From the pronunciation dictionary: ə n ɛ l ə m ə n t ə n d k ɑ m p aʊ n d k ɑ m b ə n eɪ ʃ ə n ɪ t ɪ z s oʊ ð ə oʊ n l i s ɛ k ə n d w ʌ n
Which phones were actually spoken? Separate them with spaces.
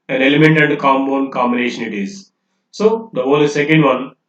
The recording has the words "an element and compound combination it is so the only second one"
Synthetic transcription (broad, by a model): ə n ɛ l ə m ə n t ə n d k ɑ m b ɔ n k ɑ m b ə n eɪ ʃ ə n ɪ t ɪ z s oʊ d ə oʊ l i s ɛ k ə n d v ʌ n